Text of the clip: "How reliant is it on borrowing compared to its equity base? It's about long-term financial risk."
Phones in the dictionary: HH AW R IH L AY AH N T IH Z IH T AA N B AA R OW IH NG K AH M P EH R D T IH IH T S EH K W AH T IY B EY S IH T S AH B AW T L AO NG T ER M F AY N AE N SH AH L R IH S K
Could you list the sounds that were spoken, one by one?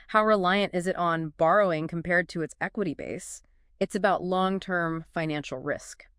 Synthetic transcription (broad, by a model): HH AW R IH L AY AH N T IH Z IH T N B AA R OW IH NG K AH M P EH R D T IH IH T S EH K W AH T IY B EY S IH T S AH B AW T L AO NG T ER M F AY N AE N SH L R IH S K